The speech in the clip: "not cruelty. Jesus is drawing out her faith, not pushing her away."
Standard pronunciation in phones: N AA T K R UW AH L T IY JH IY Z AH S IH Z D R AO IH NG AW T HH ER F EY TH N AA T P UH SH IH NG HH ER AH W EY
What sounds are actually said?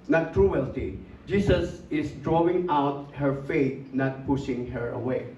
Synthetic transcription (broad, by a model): N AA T K R UW AH L T IY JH IY S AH S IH S D R AO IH NG AW T HH ER F EY T N AA T P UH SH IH NG HH ER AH W EY